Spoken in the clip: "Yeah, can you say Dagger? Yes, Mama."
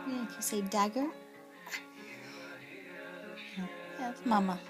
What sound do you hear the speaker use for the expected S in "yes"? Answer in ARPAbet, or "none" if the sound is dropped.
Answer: none